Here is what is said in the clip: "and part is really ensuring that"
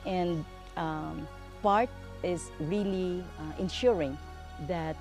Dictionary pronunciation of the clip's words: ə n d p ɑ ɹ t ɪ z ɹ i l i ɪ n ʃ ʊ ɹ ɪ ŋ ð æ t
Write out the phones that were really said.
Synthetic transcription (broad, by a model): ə n d p ɑ ɹ t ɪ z ɹ i l i ɪ n ʃ ʊ ɹ ɪ ŋ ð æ t